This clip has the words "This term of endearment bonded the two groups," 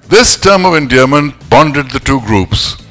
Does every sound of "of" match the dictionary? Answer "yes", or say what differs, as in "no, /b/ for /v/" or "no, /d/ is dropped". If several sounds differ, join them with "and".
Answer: yes